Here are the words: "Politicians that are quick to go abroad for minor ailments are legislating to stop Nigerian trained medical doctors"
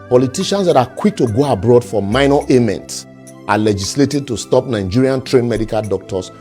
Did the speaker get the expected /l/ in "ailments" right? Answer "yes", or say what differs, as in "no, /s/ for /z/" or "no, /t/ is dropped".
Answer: no, /l/ is dropped